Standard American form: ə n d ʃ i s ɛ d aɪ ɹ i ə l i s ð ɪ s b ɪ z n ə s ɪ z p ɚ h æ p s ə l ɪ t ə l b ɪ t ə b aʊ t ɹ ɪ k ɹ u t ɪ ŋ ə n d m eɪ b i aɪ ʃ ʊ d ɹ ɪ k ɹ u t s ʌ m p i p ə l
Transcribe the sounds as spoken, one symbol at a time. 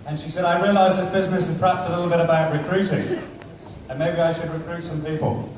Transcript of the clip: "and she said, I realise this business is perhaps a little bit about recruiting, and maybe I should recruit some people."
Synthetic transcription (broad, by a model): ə n ʃ i s ɛ d aɪ ɹ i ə l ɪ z ð ɪ s b ɪ z n ə s ɪ z p ɚ h æ p s ə l ɪ t l b ɪ t ə b aʊ t ɹ ɪ k ɹ u t ɪ ŋ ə n m eɪ b i aɪ ʃ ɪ d ɹ ɪ k ɹ u t s ʌ m p i p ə l